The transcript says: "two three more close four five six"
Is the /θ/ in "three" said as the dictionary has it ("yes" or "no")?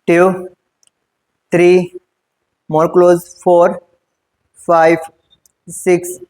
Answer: no